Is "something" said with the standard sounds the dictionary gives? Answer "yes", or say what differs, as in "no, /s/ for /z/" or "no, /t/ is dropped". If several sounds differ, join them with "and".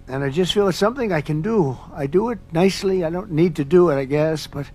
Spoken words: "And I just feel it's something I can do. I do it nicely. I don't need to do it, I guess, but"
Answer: yes